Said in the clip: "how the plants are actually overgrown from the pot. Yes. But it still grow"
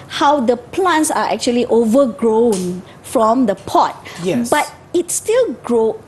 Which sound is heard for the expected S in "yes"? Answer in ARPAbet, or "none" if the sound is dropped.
none